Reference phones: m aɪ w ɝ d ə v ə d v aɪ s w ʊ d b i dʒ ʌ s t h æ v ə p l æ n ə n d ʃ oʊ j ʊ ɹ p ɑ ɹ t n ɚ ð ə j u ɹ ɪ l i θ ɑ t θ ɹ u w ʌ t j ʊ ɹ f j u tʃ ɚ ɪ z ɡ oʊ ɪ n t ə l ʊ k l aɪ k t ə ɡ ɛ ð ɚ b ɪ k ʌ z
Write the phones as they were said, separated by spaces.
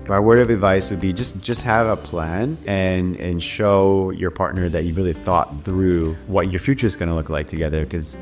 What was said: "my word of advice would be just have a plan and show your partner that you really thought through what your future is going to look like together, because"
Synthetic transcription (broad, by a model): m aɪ w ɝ ə v ə d v aɪ s w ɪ d b i dʒ ʌ s t h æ v ə p l æ n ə n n ʃ oʊ j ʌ ɹ p ɑ ɹ t n ɚ ð ə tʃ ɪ ɹ ɪ l i θ ɑ t θ ɹ u w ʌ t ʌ ɹ f j u tʃ ɚ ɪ z ɡ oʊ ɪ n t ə l ʊ k l aɪ k t ə ɡ ɛ ð ɚ k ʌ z